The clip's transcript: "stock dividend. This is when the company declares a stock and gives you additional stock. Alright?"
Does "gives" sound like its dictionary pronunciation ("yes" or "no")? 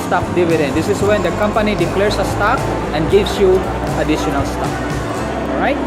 no